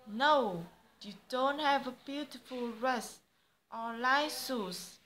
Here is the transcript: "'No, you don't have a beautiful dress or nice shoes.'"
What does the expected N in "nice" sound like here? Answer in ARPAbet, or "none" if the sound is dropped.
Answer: L